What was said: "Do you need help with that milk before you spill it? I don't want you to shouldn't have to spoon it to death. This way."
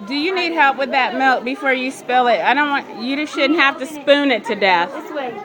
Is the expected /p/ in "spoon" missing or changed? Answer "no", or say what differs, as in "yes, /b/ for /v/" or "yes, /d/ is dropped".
no